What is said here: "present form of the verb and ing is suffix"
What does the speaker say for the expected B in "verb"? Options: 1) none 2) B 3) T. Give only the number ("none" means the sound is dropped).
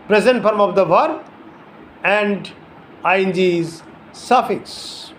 1